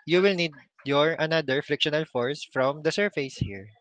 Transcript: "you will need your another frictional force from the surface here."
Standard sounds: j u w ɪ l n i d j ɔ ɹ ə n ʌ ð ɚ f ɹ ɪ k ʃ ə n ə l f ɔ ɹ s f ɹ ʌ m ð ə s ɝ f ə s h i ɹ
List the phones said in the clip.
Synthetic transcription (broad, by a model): j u w ɪ l n i d j ɔ ɹ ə n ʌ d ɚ f ɹ ɪ k ʃ ə n ə l f ɔ ɹ s f ɹ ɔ m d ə s ɝ f ə s h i ɹ